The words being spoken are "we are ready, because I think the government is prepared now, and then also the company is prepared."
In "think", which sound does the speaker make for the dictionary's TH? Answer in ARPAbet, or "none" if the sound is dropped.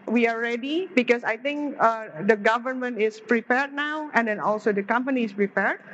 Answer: T